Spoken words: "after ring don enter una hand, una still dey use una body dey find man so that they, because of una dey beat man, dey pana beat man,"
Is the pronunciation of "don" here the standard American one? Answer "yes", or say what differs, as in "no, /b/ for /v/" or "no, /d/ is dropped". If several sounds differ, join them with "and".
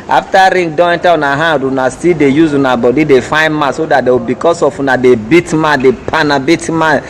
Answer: no, /n/ is dropped